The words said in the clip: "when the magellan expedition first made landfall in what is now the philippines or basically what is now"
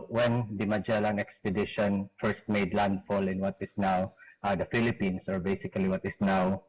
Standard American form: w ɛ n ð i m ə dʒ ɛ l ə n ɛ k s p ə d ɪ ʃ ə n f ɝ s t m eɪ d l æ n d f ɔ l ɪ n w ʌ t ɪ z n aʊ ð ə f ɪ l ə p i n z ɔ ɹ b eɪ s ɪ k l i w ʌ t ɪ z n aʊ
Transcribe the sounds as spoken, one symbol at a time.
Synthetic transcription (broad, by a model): w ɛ n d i m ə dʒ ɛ l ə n ɛ k s p ə d ɪ ʃ ə n f ɝ s t m eɪ d l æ n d f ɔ l ɪ n w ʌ t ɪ s n aʊ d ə f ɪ l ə p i n s ɔ ɹ b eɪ s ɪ k l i w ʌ t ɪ s n aʊ